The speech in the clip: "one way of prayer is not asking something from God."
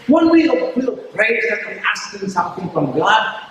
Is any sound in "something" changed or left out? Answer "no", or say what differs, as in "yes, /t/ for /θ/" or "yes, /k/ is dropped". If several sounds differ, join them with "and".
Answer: no